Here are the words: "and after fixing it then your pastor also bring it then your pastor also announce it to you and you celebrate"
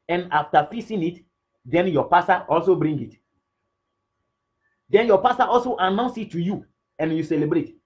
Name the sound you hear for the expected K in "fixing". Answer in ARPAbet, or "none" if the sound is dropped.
none